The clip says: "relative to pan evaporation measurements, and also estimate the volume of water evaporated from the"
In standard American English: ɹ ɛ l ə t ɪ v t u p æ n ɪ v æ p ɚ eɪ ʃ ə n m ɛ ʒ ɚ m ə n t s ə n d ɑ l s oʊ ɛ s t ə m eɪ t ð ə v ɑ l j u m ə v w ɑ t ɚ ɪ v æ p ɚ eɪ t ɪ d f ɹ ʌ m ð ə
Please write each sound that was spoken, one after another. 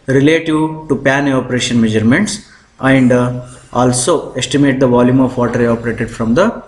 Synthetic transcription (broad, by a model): ɹ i l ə t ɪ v t u p æ n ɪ ɔ p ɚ eɪ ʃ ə n m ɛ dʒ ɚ m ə n t s ə n d ɑ l s oʊ ɛ s t ə m eɪ t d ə v ɑ l j u m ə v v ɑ t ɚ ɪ ɔ p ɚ eɪ t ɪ d f ɹ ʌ m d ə